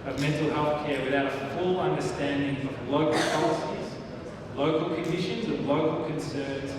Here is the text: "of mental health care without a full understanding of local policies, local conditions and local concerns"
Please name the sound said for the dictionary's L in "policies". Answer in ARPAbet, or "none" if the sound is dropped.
L